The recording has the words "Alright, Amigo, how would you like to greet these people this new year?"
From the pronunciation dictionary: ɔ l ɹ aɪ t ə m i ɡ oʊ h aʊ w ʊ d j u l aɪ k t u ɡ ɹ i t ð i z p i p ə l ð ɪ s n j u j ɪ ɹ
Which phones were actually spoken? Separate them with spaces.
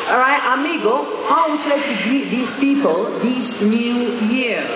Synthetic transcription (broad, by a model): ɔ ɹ aɪ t ə m i ɡ oʊ h aʊ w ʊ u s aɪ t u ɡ i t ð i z p i p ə l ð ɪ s n j u j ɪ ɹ